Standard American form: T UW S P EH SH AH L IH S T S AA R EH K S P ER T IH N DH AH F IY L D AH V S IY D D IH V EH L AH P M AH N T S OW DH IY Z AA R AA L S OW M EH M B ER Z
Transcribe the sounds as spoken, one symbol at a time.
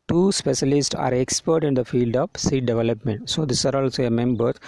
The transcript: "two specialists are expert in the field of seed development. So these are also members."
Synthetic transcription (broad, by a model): T UW S P EH SH AH L IH S T S AA R EH K S P ER T IH N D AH F IY L D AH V S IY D D IH V EH L AH P M AH N T S OW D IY S AA R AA L S OW M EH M B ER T